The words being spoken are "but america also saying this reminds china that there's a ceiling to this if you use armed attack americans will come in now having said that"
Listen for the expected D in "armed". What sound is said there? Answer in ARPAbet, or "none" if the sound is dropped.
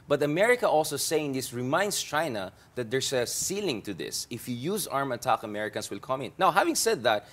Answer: none